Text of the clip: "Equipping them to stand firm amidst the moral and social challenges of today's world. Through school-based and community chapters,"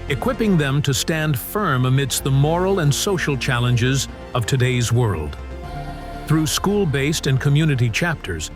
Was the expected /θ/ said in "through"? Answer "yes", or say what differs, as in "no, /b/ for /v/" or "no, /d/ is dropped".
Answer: yes